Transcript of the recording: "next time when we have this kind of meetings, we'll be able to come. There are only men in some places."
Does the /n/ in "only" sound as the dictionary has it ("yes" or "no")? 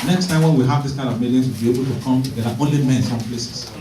no